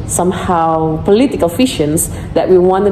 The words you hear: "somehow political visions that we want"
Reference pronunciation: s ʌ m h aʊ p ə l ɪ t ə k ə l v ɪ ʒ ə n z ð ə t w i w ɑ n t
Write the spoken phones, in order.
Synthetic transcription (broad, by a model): s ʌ m h aʊ p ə l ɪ t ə k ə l f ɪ ʃ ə n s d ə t w i w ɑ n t